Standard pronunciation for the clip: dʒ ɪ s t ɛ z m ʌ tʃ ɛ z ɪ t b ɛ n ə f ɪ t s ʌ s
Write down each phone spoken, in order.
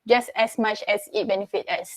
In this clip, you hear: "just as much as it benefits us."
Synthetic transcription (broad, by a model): dʒ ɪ s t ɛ s m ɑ tʃ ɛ s ɪ t b ɛ n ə f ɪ t ɛ s